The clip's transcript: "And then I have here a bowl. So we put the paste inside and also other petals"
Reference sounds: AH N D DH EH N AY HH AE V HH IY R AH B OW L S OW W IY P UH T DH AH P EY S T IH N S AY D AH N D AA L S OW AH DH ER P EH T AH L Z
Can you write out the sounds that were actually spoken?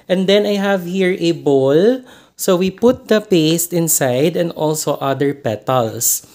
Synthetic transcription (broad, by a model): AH N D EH N AY HH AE V HH IY R AH B OW L S OW W IY P UH T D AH P EY S T IH N S AY D AH N D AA L S OW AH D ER P EH T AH L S